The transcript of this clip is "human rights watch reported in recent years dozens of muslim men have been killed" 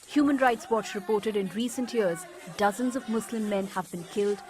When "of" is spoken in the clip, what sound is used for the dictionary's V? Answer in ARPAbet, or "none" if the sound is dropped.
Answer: V